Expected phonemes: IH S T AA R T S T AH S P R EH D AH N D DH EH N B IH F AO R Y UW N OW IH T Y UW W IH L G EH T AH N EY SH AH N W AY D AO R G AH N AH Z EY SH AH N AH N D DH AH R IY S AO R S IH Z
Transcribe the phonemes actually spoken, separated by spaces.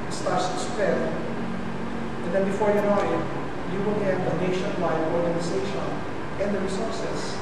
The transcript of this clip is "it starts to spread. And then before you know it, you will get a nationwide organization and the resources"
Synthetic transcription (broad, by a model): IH S T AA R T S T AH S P EH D AH N D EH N B IH F AO R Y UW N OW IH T Y UW W IH L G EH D AH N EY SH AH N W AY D AO R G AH N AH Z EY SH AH N AH N D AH R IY S AO R S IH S